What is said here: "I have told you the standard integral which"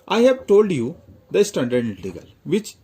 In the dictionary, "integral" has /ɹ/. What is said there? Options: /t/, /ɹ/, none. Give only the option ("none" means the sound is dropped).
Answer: none